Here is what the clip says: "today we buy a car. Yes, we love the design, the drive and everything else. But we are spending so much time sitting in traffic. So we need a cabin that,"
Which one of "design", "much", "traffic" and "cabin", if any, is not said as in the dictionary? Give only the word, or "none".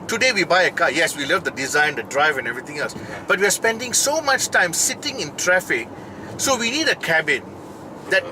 none